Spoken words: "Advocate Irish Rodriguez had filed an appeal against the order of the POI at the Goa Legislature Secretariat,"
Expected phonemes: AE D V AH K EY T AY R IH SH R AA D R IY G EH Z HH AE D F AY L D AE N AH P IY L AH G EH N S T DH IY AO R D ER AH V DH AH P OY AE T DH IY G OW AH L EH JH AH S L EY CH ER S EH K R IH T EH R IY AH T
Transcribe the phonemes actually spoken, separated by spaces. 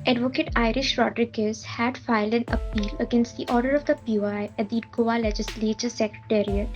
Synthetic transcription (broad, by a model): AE D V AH K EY T AY R IH SH R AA D R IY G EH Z HH AE D F AY L D AE N AH P IY L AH G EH N S T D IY AO R D ER AH V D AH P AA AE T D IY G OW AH L EH JH AH S L EY CH ER S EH K R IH T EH R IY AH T